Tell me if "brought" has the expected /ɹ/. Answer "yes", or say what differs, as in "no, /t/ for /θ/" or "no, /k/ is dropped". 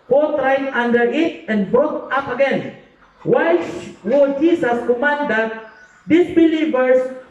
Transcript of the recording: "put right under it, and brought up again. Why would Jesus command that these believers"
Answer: no, /ɹ/ is dropped